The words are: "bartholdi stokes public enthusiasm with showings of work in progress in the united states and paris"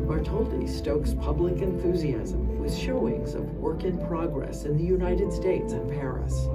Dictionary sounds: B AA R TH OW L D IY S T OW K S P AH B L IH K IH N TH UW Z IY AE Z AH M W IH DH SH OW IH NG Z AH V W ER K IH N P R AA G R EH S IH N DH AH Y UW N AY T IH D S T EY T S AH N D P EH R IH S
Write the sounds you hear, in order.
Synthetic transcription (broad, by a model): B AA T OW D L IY S T OW K S P AH B L IH K IH N TH UW Z IY AE Z AH M W IH DH SH OW IH NG Z AH V W ER K IH N P R AA G R EH S IH N DH AH Y UW N AY T IH D S T EY T S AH N P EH R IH S